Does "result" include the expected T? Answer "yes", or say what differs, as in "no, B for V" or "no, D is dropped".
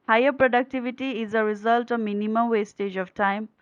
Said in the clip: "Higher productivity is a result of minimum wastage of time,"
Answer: yes